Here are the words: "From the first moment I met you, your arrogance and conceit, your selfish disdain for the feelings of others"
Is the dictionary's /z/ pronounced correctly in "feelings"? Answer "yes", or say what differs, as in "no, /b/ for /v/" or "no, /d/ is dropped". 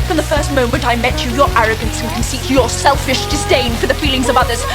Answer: yes